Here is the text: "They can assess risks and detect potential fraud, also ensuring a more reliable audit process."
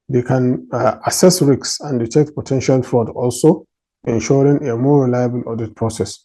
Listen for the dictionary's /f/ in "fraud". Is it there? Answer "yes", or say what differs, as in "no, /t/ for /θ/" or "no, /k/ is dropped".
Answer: yes